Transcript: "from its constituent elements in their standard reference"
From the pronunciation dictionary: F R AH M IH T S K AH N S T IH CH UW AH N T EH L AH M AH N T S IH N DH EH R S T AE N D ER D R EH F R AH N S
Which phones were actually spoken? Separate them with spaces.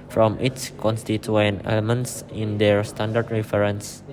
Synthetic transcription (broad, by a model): F R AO M IH T S K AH N S T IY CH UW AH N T EH L AH M AH N T S IH N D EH R S T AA N D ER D R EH F R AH N S